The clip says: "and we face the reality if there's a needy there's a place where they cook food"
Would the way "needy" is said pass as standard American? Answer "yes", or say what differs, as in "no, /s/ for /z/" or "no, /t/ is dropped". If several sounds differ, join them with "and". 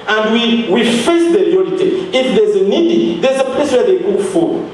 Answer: yes